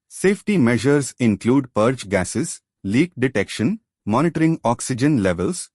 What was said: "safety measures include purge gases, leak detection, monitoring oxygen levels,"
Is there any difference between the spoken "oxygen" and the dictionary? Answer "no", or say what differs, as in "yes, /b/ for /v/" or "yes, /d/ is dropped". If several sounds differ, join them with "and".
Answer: no